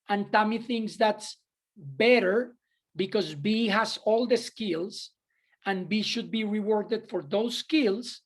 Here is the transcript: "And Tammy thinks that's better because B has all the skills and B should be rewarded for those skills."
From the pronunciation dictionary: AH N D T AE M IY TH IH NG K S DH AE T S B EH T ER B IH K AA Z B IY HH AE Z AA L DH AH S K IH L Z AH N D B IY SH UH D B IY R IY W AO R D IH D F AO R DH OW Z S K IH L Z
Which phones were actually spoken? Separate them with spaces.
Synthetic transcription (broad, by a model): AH N T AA M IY TH IH NG K S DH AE T S B EH T ER B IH K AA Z B IY HH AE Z AA L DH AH S K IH L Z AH N B IY SH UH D B IY R IY W AO R D IH D F AO R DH OW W S K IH L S